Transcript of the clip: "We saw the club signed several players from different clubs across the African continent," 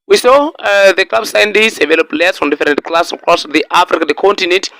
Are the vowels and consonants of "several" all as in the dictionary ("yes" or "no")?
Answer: no